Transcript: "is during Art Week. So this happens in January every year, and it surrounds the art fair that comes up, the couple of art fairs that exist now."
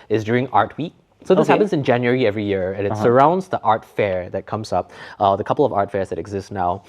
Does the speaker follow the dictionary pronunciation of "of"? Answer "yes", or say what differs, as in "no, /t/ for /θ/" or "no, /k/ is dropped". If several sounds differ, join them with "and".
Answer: yes